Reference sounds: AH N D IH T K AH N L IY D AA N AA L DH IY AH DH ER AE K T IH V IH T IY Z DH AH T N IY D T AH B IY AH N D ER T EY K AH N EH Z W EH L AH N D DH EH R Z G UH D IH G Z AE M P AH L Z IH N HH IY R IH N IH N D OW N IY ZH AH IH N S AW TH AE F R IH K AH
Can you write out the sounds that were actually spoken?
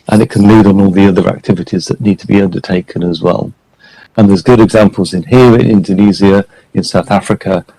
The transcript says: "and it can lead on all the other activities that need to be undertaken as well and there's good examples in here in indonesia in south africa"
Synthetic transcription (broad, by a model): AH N IH T K AH N L IY D N AA L DH IY AH DH ER AE K T IH V IH T IY Z DH AH T N IY D T AH B IY AH N D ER T EY K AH N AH Z W EH L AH N DH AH Z G UH D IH G Z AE M P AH L Z IH N HH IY R IH N IH N D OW N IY Z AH IH N S AW TH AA F R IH K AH